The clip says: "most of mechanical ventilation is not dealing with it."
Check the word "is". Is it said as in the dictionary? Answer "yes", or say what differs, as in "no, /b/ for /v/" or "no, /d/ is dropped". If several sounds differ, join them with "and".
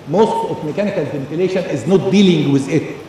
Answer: yes